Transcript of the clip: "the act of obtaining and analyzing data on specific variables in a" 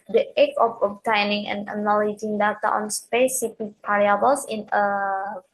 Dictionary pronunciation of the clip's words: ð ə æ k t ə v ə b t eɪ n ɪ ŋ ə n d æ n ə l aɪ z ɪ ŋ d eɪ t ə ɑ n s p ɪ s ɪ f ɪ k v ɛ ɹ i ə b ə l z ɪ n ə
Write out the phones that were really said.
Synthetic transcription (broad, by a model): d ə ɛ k ə f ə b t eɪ n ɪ ŋ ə n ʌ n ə l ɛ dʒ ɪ ŋ d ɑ t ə ɑ n s p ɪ s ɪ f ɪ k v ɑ ɹ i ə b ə l s ɪ n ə